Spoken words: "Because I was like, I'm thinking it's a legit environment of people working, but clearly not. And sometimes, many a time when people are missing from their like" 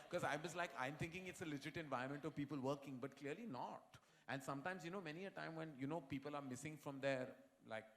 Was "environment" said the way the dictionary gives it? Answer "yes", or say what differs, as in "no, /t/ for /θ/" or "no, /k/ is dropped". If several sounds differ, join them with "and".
no, /ɹ/ is dropped